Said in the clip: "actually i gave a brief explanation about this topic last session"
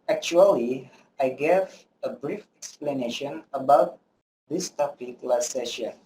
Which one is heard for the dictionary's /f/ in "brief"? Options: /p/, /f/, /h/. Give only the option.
/f/